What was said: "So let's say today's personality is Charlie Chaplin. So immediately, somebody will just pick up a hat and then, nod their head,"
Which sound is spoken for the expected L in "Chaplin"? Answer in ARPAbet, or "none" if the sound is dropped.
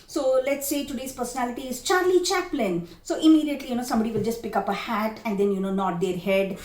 L